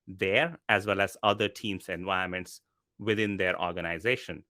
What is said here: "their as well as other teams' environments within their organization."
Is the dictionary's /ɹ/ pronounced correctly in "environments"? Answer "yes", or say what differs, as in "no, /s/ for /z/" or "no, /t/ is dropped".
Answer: no, /ɹ/ is dropped